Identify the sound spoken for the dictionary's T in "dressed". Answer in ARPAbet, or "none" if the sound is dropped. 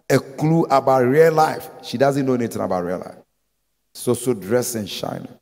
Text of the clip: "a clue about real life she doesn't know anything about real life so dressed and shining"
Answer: none